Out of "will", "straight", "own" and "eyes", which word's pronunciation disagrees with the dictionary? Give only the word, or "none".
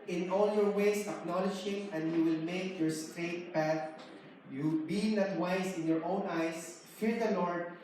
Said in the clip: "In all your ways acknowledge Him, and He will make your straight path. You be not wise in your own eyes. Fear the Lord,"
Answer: eyes